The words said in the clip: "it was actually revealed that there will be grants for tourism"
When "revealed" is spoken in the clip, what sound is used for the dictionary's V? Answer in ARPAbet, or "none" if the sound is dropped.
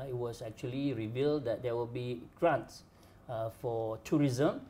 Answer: V